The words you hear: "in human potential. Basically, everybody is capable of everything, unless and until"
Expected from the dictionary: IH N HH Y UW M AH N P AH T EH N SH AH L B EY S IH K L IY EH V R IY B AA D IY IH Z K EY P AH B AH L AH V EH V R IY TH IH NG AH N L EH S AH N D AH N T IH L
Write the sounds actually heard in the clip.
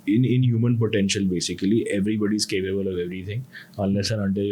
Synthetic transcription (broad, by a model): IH N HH Y UW M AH N P AH T EH N SH AH L B EY S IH K L IY EH V R IY B AA D IY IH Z K EY P AH B AH L AH V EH V R IY T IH NG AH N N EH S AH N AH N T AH